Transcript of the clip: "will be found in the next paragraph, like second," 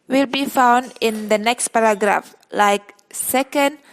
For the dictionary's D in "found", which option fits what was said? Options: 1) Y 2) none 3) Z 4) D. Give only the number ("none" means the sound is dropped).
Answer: 4